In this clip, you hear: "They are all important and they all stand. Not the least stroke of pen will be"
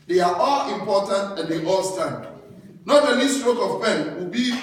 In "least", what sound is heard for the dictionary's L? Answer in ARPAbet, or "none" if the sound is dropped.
N